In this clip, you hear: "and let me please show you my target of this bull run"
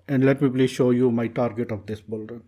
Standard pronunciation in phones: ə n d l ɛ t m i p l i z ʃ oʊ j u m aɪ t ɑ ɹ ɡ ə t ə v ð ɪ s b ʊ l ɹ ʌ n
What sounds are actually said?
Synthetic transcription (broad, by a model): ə n d l ɛ t m i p l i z ʃ oʊ j u m aɪ t ɑ ɹ ɡ ə t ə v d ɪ s b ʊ l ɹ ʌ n